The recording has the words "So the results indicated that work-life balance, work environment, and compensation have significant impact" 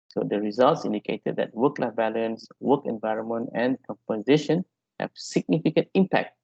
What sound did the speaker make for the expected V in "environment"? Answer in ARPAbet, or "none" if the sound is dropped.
V